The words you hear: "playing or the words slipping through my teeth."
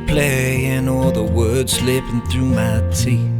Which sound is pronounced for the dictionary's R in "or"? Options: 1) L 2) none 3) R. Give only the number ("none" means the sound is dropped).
1